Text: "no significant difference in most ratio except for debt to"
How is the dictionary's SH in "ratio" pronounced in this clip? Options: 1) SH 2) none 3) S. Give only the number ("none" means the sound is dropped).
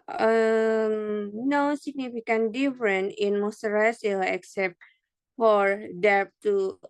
3